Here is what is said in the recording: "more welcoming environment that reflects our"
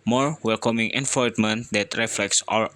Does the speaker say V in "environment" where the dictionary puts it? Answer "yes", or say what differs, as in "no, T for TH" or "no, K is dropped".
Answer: no, F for V